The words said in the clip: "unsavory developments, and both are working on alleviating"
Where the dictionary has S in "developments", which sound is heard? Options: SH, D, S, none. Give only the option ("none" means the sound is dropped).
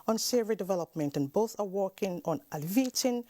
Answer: none